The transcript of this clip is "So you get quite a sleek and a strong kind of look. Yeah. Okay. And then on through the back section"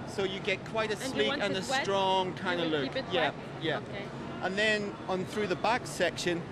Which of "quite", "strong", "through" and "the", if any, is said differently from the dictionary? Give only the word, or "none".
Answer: none